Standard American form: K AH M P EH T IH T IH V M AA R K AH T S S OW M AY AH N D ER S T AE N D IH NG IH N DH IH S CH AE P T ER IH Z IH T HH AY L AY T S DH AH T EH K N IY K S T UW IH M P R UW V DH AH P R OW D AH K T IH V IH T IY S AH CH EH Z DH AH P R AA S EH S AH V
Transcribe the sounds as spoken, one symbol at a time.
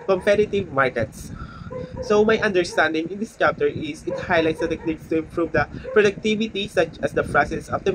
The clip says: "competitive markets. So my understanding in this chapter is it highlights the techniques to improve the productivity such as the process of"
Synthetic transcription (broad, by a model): K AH M P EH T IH T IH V M AA R K AH T S S OW M AY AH N D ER S T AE N D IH NG IH N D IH S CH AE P T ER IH S IH T HH AY L AY T S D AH T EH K N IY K S T UW IH M P R UW V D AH P R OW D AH K T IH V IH T IY S AH CH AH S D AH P R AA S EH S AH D